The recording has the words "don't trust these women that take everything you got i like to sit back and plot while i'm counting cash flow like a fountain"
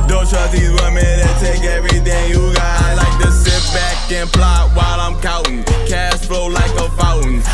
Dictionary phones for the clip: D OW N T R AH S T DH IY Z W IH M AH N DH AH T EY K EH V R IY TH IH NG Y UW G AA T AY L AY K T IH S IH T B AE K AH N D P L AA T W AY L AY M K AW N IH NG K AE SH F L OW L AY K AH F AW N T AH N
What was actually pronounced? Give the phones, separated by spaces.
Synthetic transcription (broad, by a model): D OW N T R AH DH IY Z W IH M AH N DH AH T EY K EH V R IY TH IH NG Y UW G AA IH L AY K T IH S IH T B AE K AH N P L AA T W AY L AY M K AW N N K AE S F L OW L AY K AH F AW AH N